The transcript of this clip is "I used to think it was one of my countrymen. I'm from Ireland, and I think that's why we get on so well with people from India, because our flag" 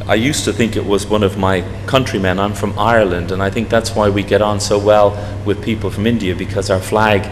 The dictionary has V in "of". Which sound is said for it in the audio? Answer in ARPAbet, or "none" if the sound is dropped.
V